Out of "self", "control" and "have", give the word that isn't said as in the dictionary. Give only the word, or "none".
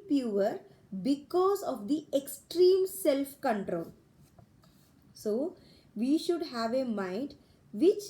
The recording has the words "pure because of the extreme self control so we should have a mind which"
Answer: none